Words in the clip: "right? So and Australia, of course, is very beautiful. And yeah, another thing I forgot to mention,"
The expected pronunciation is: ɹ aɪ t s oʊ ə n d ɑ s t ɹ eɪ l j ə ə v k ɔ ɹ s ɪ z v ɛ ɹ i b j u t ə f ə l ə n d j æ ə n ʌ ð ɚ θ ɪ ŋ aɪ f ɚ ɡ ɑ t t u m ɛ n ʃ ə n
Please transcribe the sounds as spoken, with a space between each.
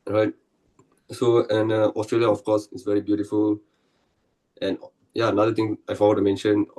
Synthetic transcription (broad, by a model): ɹ aɪ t s oʊ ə n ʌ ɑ s t ɹ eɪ l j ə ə f k ɔ s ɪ s v ɛ ɹ i b j u t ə f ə l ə n j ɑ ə n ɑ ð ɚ t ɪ ŋ aɪ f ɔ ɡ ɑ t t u m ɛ n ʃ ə n